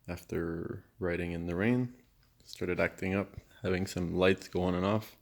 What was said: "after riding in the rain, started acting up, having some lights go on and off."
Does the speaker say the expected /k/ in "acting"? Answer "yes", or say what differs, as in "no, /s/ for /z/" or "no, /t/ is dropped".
yes